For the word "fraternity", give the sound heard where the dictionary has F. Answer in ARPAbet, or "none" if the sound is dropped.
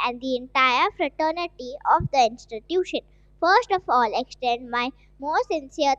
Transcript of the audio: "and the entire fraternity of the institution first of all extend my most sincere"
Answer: F